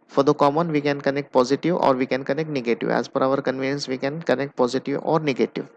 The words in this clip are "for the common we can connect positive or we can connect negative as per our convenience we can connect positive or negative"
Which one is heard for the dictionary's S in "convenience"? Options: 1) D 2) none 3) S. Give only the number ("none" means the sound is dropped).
3